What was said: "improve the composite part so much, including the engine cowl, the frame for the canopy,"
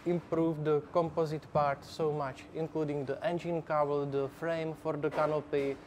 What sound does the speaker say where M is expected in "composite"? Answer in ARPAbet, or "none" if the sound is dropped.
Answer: M